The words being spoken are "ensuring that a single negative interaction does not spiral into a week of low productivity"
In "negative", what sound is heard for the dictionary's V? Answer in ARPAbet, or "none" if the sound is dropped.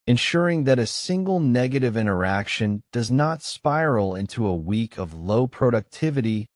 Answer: V